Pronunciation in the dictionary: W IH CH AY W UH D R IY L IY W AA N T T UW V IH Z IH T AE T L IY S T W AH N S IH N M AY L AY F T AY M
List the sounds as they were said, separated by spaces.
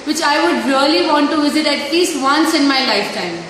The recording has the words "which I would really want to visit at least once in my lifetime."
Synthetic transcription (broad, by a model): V IH CH AY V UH D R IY L IY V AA N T T UW V IH Z IH T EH T L IY S T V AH N S IH N M AY L AY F T AY M